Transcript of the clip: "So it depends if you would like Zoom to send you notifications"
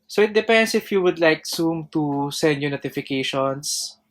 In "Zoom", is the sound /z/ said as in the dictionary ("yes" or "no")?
no